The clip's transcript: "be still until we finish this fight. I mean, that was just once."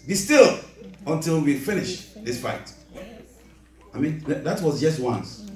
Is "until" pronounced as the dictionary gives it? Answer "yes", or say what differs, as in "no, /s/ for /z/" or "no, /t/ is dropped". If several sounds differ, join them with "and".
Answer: yes